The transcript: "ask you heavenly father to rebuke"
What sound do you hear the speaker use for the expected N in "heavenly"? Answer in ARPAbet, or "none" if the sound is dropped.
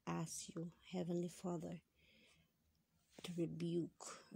N